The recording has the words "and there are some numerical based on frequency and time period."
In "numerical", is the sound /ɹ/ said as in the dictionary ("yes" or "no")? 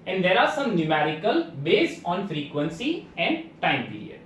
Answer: yes